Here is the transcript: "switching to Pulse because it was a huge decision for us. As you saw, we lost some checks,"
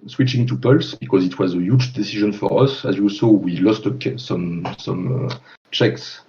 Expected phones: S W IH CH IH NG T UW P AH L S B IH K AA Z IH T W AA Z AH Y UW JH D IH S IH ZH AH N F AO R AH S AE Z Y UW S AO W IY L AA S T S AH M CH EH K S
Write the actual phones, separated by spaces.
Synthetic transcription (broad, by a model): S W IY CH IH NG T UW P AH L S B IH K AA Z IH T W AA Z AH Y UW JH D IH S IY ZH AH N F AO R AH S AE Z Y UW S AO W IY L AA S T S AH M CH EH K S